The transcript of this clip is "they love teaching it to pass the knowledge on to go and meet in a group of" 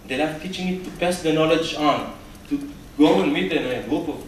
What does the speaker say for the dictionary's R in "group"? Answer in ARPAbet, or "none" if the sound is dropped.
none